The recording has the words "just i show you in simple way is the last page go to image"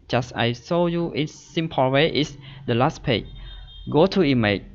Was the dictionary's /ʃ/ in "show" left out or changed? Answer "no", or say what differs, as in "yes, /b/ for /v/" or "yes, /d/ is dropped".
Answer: yes, /s/ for /ʃ/